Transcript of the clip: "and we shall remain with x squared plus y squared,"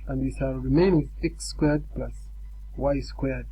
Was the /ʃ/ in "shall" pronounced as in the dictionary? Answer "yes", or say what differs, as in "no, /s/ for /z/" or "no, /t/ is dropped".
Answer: no, /s/ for /ʃ/